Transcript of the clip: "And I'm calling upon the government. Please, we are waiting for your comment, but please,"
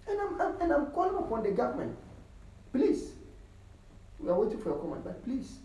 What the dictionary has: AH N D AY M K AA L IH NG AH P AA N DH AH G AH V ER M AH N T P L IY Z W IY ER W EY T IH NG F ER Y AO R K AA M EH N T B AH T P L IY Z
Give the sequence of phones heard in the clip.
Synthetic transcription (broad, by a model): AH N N AY M K AA L IH NG AH P AA N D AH G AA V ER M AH N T P L IY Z W IY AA W EY T IH NG F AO Y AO K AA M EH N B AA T P L IY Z